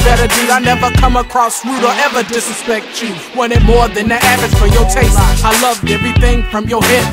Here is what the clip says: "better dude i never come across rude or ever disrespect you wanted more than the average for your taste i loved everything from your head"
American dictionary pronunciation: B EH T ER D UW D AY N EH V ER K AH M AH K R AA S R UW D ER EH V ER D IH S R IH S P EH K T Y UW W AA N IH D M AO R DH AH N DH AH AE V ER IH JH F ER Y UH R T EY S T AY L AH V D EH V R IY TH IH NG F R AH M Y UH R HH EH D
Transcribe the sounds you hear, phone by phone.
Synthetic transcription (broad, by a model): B EH T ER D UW AY N EH V ER K AH M AH K R AA S R UW D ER EH V ER D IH S IH S P EH K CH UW W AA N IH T M AO R DH AH N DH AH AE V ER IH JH F ER Y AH R T EY S T AY L AH V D EH V R IY TH IH NG F R AH M Y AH R HH EH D